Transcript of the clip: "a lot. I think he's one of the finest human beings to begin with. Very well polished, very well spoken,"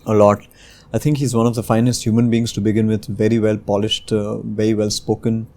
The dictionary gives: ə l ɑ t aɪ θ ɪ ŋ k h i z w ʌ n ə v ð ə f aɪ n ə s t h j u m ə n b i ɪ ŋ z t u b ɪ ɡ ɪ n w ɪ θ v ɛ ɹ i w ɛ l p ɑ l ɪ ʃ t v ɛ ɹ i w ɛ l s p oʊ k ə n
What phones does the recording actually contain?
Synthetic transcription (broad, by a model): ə l ɑ t aɪ t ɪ ŋ k h i z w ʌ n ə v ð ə f aɪ n ə s t h j u m ə n b i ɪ ŋ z t u b ɪ ɡ ɪ n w ɪ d v ɛ ɹ i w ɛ l p ɑ l ɪ ʃ t v ɛ ɹ i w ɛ l s p oʊ k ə n